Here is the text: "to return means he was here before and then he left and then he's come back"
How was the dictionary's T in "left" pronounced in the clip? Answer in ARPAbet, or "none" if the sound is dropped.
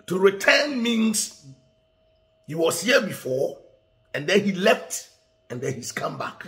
T